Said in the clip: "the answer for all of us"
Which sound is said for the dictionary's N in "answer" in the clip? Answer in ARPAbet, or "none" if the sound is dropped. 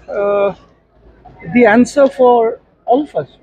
N